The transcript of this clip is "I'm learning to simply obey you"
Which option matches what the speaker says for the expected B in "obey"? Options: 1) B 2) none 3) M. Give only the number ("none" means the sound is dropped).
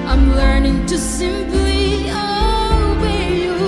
2